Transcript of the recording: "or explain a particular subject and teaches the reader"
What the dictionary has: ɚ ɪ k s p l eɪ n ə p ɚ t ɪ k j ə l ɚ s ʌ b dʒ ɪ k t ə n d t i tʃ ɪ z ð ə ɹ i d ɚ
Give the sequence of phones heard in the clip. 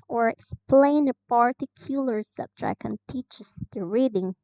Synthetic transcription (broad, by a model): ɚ ɪ k s p l eɪ n ə p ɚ t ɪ k j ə l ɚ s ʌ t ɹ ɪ k ə n t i tʃ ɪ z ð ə ɹ i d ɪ